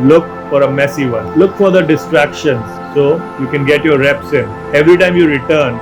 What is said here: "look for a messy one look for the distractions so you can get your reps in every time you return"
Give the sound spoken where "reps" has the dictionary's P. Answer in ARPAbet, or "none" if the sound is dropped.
P